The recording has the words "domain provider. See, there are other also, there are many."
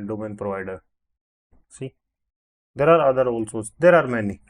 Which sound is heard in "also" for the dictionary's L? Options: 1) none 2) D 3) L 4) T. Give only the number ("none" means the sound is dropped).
3